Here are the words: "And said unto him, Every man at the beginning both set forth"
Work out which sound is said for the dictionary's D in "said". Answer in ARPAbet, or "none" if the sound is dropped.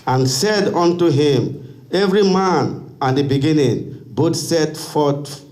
D